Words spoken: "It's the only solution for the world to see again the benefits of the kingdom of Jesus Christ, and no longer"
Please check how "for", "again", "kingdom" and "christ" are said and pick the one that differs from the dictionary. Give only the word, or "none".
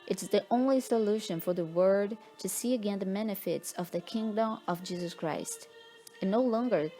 none